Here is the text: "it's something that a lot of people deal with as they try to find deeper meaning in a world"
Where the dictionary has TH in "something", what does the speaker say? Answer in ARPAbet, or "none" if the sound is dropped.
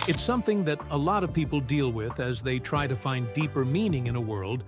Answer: TH